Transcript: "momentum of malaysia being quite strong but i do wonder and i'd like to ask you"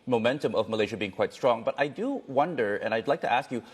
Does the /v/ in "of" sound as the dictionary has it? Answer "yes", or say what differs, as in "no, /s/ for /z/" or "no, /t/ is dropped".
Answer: yes